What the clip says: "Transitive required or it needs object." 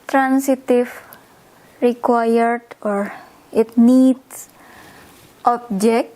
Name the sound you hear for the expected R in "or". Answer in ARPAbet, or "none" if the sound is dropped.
R